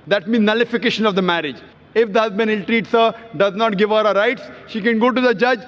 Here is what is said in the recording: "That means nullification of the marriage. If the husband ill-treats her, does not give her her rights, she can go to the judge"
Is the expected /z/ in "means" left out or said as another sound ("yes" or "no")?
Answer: yes